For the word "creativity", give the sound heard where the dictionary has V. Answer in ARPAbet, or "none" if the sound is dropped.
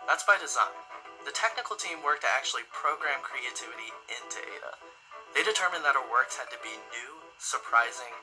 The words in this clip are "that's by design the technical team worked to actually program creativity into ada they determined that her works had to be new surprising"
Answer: V